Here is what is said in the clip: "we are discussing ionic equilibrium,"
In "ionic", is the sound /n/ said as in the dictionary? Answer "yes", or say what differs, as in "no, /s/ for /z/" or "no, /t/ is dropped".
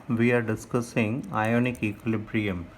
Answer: yes